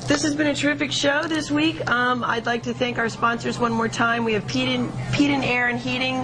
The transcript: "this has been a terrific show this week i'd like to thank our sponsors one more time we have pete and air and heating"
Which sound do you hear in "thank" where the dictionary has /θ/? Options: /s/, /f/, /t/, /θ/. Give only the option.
/θ/